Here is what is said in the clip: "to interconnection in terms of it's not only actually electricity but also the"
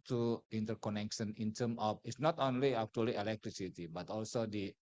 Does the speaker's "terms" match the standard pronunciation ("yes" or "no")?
no